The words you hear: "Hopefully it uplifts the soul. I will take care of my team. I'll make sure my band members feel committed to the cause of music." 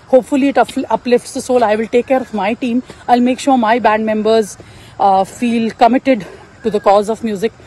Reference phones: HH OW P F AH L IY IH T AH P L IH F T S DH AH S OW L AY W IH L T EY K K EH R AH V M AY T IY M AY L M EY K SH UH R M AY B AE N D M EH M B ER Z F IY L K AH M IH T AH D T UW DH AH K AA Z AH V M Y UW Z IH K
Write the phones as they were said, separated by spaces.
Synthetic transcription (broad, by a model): HH OW P F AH L IY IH T AH P L IH F T S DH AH S OW L AY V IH L T EY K K EH R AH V M AY T IY M AY L M EY K SH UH R M AY B AE N D M EH M B ER Z F IY L K AH M IH T AH D T UW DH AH K AA Z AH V M Y UW Z IH K